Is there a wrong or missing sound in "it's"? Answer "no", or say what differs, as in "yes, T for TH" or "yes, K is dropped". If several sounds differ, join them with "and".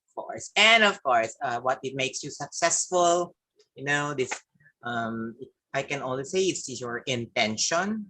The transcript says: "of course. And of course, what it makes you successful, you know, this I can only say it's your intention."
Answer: yes, S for T